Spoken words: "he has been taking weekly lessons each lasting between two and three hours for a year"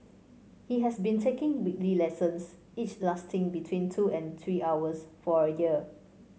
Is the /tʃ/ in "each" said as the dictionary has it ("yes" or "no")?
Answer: yes